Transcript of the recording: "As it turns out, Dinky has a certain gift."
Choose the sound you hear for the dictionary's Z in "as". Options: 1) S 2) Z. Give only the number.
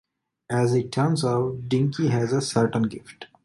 2